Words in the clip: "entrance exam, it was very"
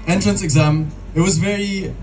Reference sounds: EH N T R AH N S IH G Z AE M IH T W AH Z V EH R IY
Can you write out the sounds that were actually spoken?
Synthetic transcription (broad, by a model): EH N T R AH N S IH G Z AE M IH T W AH Z V EH R IY